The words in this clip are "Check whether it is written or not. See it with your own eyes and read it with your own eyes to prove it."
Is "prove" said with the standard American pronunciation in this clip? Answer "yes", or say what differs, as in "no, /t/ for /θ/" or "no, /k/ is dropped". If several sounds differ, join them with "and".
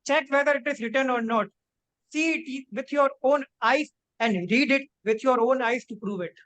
yes